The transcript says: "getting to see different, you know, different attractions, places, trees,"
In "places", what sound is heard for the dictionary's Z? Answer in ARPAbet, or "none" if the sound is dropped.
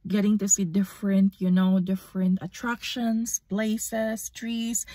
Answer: S